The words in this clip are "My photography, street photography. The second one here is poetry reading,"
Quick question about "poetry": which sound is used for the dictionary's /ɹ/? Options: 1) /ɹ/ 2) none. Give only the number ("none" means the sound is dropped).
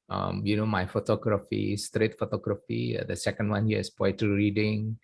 2